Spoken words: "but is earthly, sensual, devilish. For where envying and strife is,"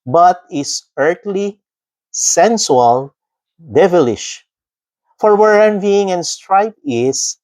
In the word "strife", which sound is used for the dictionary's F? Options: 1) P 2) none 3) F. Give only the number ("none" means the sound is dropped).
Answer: 1